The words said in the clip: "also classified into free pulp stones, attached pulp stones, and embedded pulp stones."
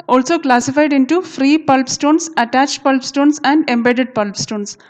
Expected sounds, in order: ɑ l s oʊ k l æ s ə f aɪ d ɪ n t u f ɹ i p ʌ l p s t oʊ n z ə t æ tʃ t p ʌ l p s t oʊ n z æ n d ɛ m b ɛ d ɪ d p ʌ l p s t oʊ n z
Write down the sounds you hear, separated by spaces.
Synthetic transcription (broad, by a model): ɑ l s oʊ k l æ s ə f aɪ d ɪ n t u f ɹ i p ʌ l p s t oʊ n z ə t æ tʃ t p ʌ l p s t oʊ n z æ n d ɛ m b ɛ d ɪ d p ʌ l p s t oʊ n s